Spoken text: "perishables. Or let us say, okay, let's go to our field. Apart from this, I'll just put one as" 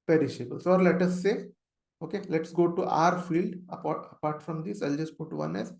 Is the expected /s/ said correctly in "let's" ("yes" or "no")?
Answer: yes